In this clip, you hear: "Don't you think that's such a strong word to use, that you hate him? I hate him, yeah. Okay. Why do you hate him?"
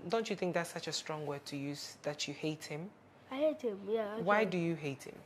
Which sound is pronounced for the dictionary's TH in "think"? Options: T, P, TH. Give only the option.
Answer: TH